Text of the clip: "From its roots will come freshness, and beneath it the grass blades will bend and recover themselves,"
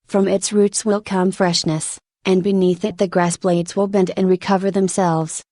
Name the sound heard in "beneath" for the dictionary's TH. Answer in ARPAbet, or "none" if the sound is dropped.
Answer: TH